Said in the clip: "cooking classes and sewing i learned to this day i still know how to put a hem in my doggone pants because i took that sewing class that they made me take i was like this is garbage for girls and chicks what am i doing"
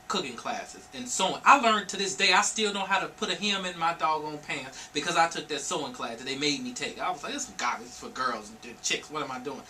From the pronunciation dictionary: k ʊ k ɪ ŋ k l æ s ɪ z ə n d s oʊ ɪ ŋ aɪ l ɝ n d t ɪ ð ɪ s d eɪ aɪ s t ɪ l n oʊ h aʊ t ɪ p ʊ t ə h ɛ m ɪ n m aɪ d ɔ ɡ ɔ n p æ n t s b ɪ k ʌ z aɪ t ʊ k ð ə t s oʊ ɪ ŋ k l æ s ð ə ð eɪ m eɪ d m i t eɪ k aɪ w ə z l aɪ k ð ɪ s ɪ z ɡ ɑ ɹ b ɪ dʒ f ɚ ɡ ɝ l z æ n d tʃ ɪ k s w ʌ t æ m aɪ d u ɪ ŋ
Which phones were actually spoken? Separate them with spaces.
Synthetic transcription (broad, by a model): k ʊ k ɪ ŋ k l æ s ɪ z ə n s oʊ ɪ aɪ l ɝ n t ɪ ð ɪ s d eɪ aɪ s t ɪ l n oʊ h aʊ t ɪ p ʊ t ə h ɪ m ɪ n m aɪ d ɔ ɡ n p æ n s b ɪ k ʌ z aɪ t ʊ k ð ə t s oʊ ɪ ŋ k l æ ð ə ð eɪ m eɪ d m i t eɪ k aɪ w ə z l aɪ k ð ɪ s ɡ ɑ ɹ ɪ f ɚ ɡ ɝ l z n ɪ tʃ ɪ k s w ʌ t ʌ m aɪ d u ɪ ŋ